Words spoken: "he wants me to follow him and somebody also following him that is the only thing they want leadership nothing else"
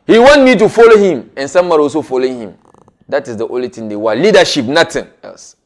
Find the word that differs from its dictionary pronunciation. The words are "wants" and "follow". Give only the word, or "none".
wants